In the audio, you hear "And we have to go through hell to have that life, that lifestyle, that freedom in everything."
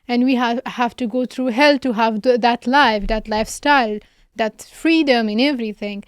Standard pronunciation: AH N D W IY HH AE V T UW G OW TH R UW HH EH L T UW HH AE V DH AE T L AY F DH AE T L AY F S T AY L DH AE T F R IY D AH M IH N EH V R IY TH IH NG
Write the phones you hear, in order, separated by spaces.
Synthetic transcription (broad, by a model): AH N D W IY HH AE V T UW G OW T R UW HH EH L T UW HH AE V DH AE T L AY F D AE T L AY F S T AY L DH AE T F R IY D AH M IH N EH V R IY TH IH NG